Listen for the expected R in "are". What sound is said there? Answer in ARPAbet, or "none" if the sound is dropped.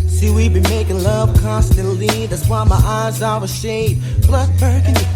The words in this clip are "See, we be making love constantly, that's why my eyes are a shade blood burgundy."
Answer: W